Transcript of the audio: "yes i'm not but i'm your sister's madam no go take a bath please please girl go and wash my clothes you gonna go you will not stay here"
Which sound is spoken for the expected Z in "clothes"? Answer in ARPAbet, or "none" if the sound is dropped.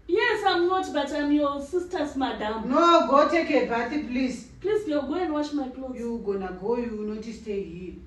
none